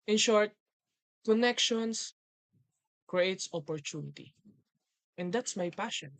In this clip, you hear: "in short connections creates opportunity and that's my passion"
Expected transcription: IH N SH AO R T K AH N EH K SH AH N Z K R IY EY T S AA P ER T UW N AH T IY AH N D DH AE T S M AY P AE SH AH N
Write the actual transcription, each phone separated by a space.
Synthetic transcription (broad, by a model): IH N SH AO R T K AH N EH K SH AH N S K R IY EY T S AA P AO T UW N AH T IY AH N D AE T S M AY P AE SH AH N